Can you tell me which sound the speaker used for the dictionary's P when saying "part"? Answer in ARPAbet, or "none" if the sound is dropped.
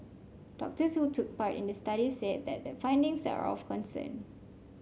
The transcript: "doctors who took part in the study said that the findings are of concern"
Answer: P